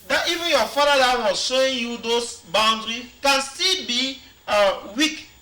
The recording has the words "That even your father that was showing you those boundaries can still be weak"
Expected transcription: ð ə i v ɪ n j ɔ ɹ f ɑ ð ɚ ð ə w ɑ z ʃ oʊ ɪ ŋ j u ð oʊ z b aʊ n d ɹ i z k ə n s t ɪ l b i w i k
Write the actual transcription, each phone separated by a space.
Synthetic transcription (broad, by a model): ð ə i v ɪ n j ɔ f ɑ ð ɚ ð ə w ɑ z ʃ oʊ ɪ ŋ j u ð oʊ s b aʊ n d ɹ i k ə n s t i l b i w i k